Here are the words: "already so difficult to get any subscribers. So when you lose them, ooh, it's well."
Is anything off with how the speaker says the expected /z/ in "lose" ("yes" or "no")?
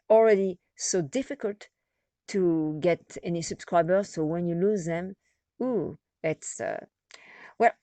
no